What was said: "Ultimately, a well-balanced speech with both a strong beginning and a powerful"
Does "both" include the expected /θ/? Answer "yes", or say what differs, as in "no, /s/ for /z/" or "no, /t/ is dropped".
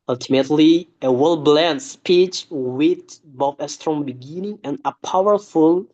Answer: no, /f/ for /θ/